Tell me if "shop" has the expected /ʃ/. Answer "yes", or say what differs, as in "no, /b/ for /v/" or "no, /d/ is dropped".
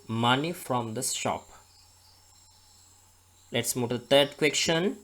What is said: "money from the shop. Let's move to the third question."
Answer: no, /s/ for /ʃ/